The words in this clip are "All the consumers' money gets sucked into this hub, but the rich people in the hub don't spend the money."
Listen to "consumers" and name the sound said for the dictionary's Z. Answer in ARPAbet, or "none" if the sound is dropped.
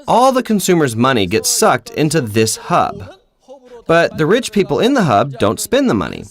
Z